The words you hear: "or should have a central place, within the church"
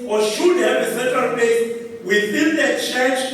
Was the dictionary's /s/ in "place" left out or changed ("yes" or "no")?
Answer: yes